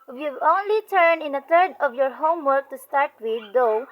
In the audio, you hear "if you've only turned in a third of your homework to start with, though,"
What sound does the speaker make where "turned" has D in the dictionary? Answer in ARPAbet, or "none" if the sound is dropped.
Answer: none